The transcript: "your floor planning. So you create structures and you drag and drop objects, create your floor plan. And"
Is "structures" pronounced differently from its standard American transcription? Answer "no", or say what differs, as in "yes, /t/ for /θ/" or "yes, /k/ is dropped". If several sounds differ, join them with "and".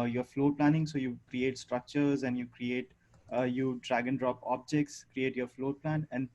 no